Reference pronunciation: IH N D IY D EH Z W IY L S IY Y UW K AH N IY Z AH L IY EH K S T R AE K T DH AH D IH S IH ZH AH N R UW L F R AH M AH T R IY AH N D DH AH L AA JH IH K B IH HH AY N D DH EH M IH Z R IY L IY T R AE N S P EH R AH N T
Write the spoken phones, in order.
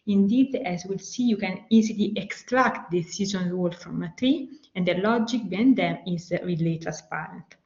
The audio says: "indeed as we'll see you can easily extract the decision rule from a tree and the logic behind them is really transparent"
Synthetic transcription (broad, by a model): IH N D IY D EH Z W IY L S IY Y UW K AH N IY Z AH L IY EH K S T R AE K T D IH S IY Z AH N R UW L F R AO M AH T R IY AH N D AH L AA JH IH K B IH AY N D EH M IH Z R IY L IY T R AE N S P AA R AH N T